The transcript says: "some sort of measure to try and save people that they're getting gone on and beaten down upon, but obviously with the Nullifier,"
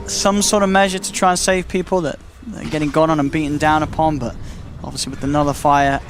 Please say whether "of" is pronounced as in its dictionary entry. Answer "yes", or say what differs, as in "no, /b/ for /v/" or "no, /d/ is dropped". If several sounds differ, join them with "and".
yes